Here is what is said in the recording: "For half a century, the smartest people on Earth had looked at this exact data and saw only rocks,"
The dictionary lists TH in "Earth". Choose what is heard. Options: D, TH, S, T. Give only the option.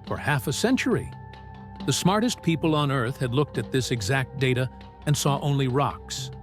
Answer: TH